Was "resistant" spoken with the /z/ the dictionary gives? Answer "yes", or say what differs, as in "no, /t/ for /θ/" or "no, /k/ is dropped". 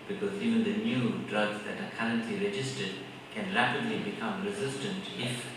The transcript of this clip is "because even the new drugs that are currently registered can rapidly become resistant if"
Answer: yes